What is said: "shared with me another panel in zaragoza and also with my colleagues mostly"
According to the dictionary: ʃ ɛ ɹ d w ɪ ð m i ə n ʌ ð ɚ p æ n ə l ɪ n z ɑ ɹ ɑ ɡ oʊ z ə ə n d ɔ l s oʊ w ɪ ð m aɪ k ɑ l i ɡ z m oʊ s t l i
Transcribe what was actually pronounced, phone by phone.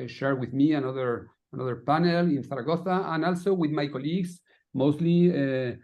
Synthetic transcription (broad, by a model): ʃ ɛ ɹ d w ɪ ð m i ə n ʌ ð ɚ p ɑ n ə l ɪ n s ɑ ɹ ɑ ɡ oʊ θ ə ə n ɔ l s oʊ w ɪ ð m aɪ k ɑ l i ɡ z m oʊ s t l i